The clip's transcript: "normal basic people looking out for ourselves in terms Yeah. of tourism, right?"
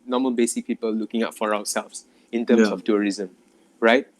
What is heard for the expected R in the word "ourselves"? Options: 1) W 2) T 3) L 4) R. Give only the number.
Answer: 1